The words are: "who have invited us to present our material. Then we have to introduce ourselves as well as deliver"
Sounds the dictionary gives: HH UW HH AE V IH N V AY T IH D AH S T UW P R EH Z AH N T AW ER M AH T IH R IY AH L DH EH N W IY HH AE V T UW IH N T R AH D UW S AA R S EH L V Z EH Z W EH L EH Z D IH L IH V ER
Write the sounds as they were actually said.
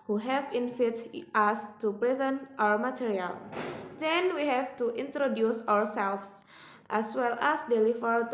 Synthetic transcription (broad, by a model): HH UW HH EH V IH N F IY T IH S T UW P R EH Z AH N T AW ER M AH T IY R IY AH L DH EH N W IY HH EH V T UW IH N T R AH D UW S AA R S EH L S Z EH S W EH L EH S D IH L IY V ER